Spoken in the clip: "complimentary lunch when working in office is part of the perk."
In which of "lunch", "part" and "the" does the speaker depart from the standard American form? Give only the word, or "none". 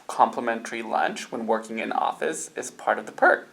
none